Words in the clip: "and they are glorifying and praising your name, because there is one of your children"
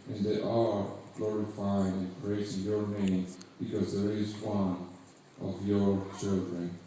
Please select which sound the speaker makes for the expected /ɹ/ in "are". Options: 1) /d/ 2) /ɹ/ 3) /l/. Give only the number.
3